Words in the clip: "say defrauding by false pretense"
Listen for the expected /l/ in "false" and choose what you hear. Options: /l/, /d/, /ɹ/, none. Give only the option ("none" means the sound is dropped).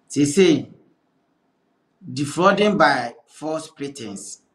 none